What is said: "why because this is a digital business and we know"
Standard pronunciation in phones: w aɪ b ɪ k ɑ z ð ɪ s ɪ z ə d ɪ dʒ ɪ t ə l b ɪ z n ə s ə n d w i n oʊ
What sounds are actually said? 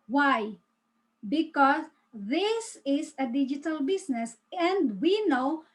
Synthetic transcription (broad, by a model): w aɪ b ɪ k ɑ s ð ɪ s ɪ s ə d ɪ dʒ ɪ t ə l b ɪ s n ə s ə n d w i n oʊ